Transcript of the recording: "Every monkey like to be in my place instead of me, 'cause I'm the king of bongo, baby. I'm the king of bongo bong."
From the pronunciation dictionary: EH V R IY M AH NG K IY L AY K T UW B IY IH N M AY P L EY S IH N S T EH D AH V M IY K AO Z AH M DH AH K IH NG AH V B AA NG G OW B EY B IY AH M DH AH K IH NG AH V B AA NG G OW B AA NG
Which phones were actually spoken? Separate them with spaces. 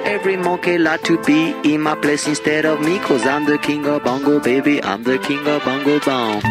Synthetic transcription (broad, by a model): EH V R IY M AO K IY L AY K T UW B IY IH N M AY P L EY S IH N S T EH D AH V M IY K AO Z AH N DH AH K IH NG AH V B AA NG G OW B EY B IY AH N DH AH K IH NG AH V B AA NG G OW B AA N